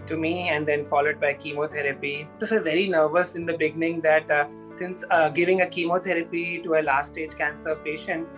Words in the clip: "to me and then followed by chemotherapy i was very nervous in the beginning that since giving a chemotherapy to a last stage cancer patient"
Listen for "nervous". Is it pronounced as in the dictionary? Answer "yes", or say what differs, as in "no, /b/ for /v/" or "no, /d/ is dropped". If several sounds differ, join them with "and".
yes